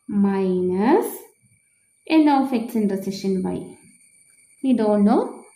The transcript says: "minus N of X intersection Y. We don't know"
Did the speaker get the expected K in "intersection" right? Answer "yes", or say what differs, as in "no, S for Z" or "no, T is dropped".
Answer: no, K is dropped